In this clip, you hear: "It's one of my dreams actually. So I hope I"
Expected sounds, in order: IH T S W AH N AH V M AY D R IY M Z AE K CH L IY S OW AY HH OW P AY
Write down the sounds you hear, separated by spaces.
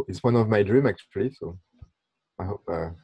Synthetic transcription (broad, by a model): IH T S W AH N AH V M AY D R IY M AE K CH L IY S OW AY HH OW P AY